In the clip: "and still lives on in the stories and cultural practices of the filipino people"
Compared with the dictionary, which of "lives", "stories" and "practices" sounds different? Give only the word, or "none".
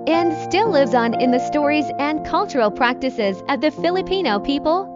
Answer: none